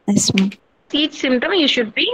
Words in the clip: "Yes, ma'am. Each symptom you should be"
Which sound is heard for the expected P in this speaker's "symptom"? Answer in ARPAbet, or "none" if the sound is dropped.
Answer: none